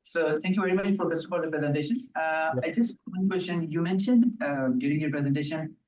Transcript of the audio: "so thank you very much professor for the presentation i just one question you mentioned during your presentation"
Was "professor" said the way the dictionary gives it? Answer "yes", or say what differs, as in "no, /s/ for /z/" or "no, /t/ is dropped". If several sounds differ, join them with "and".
no, /f/ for /p/